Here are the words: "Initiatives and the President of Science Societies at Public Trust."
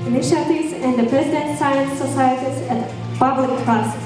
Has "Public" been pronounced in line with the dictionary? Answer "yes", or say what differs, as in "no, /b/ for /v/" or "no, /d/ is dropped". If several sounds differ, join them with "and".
no, /l/ is dropped